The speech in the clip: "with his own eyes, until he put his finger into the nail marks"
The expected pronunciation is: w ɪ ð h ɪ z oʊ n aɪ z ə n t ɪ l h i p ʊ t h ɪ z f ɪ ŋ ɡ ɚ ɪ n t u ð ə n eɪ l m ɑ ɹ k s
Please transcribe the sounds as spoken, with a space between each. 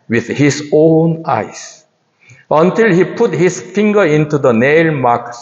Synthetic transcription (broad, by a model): w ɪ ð h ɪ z oʊ n aɪ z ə n t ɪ l h i p ʊ t h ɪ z f ɪ ŋ ɡ ɚ ɪ n t u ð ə n eɪ l m ɑ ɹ k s